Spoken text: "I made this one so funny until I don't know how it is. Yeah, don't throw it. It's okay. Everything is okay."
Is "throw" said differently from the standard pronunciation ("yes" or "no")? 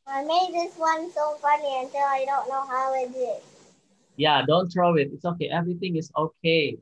yes